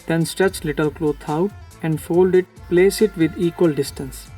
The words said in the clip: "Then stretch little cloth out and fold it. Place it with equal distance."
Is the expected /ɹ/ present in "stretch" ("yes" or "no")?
yes